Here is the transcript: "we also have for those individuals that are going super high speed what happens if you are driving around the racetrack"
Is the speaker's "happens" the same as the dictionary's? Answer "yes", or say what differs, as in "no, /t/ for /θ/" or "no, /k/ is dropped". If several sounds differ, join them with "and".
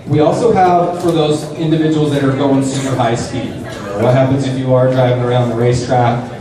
yes